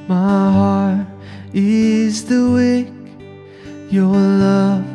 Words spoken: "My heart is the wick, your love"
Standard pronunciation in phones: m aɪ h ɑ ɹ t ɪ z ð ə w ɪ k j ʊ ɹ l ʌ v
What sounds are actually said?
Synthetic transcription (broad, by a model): m aɪ h ɑ ɹ t ɪ z ð ə w ɪ k j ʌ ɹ l ʌ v